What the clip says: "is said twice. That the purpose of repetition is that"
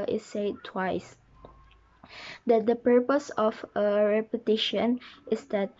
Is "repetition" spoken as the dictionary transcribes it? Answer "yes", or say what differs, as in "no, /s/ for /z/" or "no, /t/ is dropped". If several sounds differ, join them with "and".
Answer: yes